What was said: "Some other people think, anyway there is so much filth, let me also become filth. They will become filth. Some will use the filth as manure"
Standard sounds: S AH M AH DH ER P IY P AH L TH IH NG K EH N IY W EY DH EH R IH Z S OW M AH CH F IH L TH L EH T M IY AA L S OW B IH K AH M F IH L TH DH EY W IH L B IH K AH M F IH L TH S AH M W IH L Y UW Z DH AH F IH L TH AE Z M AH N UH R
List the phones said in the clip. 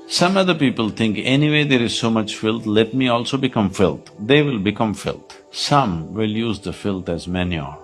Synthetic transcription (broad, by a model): S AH M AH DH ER P IY P AH L T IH NG K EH N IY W EY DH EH R IH Z S OW M AH CH F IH L T L EH T M IY AA L S OW B IH K AH M F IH L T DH EY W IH L B IH K AH M F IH L T S AH M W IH L Y UW Z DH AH F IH L T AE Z M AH N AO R